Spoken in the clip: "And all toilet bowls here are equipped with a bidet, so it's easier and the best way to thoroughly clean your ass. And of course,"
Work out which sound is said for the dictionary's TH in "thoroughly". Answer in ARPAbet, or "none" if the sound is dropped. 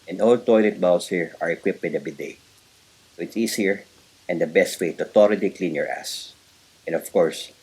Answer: T